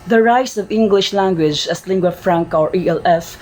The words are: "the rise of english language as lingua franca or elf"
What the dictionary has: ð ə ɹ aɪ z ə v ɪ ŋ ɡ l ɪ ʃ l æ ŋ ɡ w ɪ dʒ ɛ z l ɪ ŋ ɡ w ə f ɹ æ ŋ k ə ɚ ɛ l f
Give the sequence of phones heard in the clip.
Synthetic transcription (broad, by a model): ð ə ɹ aɪ s ə v ɪ ŋ ɡ l ɪ ʃ l æ ŋ ɡ w ɪ dʒ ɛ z l ɪ ŋ ɡ w ə f ɹ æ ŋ k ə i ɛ l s